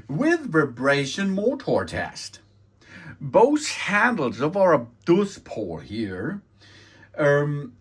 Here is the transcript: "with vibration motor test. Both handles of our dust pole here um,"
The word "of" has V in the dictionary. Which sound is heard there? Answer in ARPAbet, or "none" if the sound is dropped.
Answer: V